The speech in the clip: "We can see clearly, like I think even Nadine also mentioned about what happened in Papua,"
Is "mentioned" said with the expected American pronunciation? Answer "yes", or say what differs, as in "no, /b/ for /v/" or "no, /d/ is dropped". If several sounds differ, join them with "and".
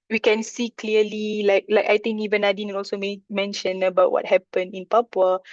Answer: no, /d/ is dropped